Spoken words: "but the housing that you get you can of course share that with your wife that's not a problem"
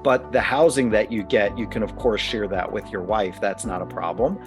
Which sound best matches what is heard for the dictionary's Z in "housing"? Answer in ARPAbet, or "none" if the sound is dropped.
Z